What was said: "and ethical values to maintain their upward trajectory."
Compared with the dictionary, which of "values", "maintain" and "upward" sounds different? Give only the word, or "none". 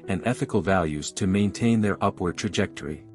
none